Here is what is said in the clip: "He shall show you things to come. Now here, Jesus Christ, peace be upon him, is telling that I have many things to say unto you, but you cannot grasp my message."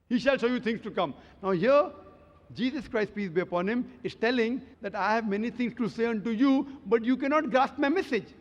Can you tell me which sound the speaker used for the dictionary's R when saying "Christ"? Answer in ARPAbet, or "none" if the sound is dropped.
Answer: R